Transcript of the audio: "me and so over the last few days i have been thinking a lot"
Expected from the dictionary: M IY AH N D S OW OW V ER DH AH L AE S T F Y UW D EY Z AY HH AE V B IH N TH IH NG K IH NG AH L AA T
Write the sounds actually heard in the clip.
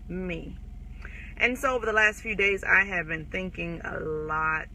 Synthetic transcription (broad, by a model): M IY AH N S OW OW V ER DH AH L AE S T F Y UW D EY Z AY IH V B IH N TH IH NG K IH NG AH L AA T